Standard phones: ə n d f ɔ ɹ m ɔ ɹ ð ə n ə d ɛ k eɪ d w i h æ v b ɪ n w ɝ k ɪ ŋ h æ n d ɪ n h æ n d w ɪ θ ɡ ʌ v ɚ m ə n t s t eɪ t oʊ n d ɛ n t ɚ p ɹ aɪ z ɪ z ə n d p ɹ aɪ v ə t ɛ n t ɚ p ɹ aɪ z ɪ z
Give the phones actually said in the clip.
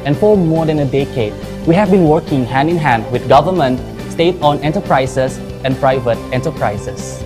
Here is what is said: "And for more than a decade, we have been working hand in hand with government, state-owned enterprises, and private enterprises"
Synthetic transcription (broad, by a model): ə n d f ɔ ɹ m ɔ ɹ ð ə n ə d ɛ k eɪ d w i h æ v b ɪ n w ɝ k ɪ ŋ h æ n d ɪ n h æ n d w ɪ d ɡ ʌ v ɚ m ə n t s t eɪ t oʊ n ɛ n t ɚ p ɹ aɪ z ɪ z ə n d p ɹ aɪ v ə t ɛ n t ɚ p ɹ aɪ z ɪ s